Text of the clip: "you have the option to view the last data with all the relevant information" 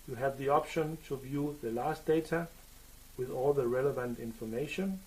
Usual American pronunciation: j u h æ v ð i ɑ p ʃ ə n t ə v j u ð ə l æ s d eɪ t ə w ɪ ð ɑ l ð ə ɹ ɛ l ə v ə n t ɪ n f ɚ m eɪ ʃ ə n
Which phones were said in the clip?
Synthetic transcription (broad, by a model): j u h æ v ð i ɑ p ʃ ə n t ə v j u ð ə l æ s d eɪ t ə w ɪ ð ɑ l ð ə ɹ ɛ l ə v ə n t ɪ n f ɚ m eɪ ʃ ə n